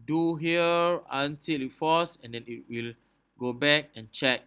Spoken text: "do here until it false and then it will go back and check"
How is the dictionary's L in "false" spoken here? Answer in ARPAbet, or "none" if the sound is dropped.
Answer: none